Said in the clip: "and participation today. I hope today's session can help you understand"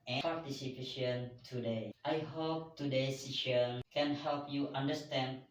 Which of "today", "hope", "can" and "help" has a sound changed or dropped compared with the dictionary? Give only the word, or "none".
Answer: none